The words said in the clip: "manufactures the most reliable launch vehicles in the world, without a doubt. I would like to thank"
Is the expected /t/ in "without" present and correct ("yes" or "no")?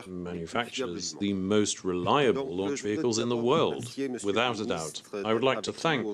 yes